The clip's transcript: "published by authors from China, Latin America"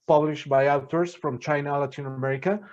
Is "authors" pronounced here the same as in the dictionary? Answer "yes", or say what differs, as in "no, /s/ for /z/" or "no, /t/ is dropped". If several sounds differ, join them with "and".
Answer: no, /t/ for /θ/